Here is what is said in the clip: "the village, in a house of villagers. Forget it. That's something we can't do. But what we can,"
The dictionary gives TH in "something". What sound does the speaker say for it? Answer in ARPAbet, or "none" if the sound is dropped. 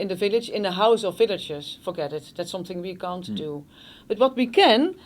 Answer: TH